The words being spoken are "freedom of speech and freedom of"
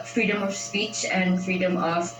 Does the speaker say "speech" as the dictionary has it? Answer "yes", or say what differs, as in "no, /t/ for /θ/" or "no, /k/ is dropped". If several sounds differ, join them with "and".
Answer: yes